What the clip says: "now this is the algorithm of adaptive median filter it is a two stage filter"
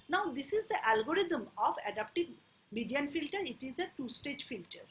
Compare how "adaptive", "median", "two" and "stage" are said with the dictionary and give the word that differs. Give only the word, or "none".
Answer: adaptive